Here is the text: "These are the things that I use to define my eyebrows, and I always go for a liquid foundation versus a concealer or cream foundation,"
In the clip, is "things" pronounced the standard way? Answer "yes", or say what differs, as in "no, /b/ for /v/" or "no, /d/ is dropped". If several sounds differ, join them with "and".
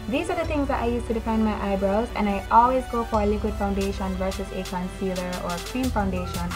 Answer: no, /t/ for /θ/